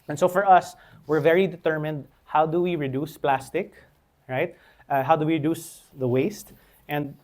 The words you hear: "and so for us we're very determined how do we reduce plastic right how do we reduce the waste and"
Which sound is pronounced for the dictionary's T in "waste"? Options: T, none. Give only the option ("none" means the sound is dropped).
T